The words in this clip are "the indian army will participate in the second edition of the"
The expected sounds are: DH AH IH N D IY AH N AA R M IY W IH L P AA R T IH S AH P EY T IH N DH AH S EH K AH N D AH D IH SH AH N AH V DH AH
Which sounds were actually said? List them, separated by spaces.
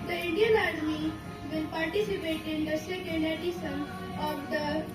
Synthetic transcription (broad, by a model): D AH IH N D IY AH N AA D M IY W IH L P AA R T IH S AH P EY T IH N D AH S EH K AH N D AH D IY S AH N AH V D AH